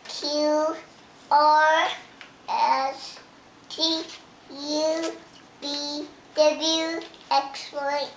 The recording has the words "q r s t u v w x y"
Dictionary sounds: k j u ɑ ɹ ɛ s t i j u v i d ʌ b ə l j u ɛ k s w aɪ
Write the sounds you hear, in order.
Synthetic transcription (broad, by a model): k j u ɑ ɹ ɛ s t i j u b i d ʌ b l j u ɛ k s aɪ